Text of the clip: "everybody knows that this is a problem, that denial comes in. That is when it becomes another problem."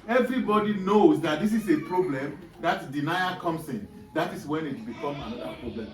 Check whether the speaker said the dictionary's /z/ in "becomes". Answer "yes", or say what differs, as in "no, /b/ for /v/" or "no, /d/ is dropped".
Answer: no, /z/ is dropped